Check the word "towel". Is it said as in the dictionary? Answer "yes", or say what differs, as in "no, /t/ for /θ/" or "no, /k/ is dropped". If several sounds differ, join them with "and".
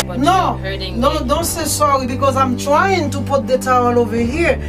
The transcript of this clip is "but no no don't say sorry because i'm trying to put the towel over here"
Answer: yes